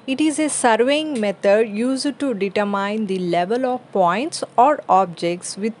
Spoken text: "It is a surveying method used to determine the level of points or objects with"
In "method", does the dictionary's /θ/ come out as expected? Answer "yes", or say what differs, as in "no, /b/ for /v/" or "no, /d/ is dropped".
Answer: no, /t/ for /θ/